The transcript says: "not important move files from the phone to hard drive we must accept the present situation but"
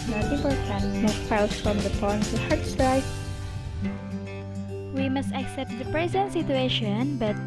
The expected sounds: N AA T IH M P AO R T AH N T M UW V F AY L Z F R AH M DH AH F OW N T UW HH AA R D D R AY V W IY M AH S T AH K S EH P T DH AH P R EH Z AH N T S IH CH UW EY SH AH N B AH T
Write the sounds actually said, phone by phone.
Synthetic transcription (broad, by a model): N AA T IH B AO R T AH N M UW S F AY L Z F R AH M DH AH P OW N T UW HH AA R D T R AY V W IY M AH S T AH K S EH P T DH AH P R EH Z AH N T S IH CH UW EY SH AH N B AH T